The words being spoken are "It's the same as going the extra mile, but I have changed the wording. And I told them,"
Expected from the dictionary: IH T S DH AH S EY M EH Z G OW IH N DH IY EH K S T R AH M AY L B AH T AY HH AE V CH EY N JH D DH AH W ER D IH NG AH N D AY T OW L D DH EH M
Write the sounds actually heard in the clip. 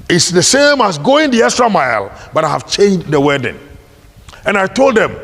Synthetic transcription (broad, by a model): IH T S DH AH S EY M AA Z G OW IH N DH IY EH S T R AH M AY L B AH T AY HH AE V CH EY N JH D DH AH W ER D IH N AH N AY T OW L D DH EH M